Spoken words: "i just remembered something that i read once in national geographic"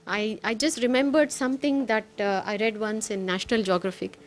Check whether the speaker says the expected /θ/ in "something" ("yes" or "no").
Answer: no